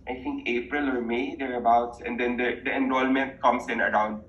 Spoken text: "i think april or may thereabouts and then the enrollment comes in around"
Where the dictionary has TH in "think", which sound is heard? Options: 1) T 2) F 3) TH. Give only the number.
1